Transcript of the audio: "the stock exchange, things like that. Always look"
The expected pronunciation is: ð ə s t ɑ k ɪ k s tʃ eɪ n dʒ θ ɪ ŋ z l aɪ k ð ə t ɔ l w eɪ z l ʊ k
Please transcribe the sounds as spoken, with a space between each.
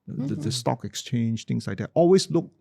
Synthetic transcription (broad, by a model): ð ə s t ɑ k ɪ k s tʃ eɪ n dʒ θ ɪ ŋ s l aɪ k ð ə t ɔ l w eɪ s l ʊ k